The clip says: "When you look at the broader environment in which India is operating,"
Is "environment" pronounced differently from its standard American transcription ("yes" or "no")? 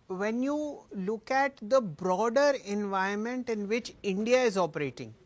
yes